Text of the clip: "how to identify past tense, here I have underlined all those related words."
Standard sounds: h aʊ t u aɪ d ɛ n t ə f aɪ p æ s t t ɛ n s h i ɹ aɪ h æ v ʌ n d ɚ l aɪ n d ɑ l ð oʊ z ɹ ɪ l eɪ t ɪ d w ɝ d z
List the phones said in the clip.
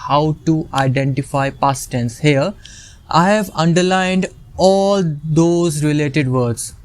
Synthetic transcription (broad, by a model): h aʊ t u aɪ d ɛ n t ə f aɪ p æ s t t ɛ n s h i ɹ aɪ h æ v ʌ n d ɚ l aɪ n d ɑ l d oʊ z ɹ ɪ l eɪ t ɪ d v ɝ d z